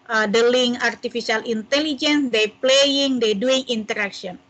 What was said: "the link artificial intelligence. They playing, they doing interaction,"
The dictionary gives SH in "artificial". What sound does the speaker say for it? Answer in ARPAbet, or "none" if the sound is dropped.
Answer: S